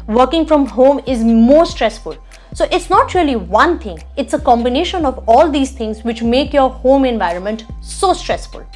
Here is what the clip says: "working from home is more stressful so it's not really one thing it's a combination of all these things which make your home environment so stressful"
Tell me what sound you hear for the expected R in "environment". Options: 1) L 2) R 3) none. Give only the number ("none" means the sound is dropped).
2